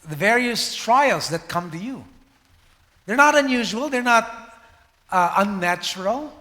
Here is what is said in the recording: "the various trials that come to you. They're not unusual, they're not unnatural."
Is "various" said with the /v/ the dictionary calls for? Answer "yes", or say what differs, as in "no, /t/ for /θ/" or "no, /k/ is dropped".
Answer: yes